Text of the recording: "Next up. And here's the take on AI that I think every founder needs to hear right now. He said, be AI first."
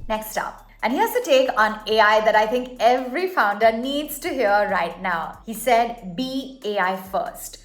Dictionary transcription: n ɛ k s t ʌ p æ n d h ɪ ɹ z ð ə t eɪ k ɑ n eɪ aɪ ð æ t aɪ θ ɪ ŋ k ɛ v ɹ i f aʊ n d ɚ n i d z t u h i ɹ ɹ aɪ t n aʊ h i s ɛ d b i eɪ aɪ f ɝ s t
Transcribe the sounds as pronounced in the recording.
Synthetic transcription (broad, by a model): n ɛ k s t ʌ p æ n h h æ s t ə t eɪ k ɑ n eɪ aɪ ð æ t aɪ t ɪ ŋ k ɛ v ɹ i f aʊ n d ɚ n i d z t u h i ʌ ɹ aɪ t n aʊ h i s ɛ d b i eɪ aɪ f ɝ s t